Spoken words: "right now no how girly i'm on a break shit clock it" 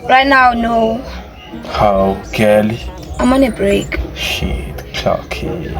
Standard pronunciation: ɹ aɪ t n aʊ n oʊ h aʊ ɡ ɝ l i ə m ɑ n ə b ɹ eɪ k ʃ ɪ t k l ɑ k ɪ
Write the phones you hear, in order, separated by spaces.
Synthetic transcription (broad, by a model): ɹ aɪ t n aʊ n oʊ h aʊ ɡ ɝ l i ə m ɑ n ə b ɹ eɪ k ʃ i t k ɑ k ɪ